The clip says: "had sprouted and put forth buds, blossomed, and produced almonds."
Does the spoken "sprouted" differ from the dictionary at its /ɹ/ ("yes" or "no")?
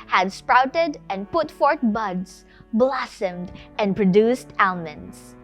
no